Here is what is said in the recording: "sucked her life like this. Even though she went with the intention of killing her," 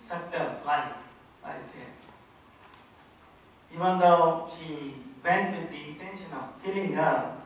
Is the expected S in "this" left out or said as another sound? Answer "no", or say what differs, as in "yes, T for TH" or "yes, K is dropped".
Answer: yes, S is dropped